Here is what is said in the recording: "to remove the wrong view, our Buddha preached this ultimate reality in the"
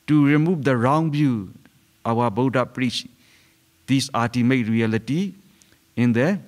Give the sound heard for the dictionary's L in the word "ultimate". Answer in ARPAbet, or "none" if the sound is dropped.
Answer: none